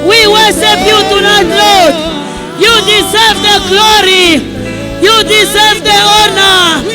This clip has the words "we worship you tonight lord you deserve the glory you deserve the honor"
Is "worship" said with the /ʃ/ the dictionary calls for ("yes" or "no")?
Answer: no